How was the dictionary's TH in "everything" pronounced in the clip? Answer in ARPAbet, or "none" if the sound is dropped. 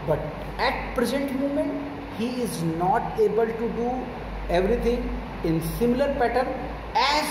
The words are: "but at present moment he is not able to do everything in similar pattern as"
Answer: T